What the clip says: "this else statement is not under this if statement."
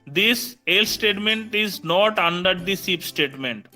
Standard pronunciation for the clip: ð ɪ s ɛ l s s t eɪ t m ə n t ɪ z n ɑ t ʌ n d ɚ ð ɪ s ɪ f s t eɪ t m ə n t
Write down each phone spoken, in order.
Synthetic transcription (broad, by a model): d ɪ s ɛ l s s t eɪ t m ə n t ɪ z n ɑ t ʌ n d ɚ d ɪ s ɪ p s t eɪ t m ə n t